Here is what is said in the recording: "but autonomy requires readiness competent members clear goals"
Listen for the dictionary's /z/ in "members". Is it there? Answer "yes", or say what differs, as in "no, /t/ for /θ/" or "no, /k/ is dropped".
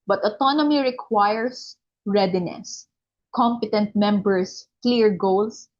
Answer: no, /s/ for /z/